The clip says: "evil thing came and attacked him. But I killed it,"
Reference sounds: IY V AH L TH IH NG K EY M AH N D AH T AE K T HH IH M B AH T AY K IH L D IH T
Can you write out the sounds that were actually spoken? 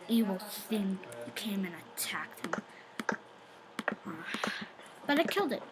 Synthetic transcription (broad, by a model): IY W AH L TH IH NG K EY M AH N AH T AE K T HH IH M B AH T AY K IH L D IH T